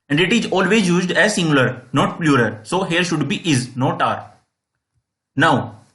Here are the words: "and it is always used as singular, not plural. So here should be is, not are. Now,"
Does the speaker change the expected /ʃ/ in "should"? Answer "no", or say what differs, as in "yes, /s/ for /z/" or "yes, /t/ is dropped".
no